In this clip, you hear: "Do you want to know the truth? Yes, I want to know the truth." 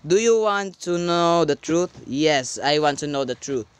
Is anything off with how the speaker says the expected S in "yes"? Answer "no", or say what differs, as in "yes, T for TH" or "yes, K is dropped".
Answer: no